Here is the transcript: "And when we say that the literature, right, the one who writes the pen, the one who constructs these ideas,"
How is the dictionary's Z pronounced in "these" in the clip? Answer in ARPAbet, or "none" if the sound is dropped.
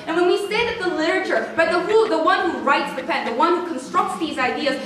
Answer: Z